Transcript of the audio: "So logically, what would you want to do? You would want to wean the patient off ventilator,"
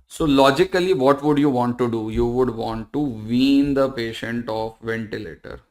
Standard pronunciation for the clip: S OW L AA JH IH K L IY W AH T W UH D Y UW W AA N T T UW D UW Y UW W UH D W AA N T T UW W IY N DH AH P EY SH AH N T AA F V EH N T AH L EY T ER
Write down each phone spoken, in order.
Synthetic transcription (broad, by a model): S OW L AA JH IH K L IY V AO T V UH D Y UW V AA N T T UW D UW Y UW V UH D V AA N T T UW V IY N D AH P EY SH AH N T AA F V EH N T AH L EY T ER